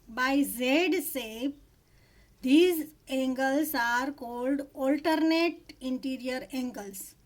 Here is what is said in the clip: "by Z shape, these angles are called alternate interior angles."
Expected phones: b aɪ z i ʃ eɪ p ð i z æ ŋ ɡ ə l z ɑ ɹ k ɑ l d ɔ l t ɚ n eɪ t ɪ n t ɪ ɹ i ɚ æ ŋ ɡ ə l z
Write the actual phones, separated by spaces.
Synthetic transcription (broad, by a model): b aɪ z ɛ s eɪ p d i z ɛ ŋ ɡ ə l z ɑ ɹ k ɑ l d ɔ l t ɚ n eɪ t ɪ n t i ɹ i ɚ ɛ ŋ ɡ ə l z